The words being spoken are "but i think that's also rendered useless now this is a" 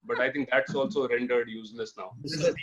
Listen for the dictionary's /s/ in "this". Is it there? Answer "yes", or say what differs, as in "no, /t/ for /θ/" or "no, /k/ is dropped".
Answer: no, /s/ is dropped